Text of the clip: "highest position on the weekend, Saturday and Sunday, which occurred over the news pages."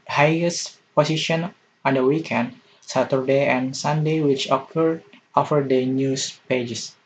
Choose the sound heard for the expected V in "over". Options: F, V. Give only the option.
F